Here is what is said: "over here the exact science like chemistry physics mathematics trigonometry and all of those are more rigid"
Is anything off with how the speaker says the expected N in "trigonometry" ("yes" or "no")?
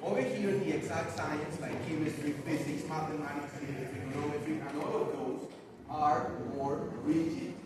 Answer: yes